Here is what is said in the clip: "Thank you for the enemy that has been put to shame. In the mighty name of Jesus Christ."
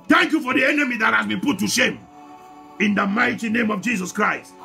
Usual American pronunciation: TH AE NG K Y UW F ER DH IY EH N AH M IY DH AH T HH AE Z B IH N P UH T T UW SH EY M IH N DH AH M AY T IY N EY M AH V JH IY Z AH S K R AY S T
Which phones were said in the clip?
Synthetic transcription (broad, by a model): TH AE NG K Y UW F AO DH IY EH N AH M IY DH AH T HH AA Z B IH N P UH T T UW SH EY M IH N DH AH M AY T IY N EY M AH V JH IY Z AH S K R AY S T